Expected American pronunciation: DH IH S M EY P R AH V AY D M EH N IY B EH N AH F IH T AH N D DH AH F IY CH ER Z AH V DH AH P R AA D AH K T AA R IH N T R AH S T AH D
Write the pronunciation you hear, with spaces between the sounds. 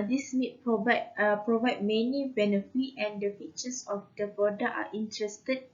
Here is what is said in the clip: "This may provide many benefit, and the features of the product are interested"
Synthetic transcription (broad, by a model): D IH S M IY P R AH V AY D M EH N IY B EH N AH F IH T AH N D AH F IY CH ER S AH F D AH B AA D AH T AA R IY N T R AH S T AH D